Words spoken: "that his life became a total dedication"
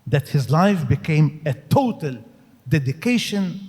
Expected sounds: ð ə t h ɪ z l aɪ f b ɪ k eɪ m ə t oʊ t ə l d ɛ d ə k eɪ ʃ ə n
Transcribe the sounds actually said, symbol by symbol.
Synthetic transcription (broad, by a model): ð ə t h ɪ z l aɪ f b ɪ k eɪ m ə t oʊ t ə l d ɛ d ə k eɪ ʃ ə n